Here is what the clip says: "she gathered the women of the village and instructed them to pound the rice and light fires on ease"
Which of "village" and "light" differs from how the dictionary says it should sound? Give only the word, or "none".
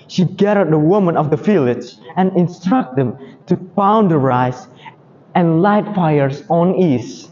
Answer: village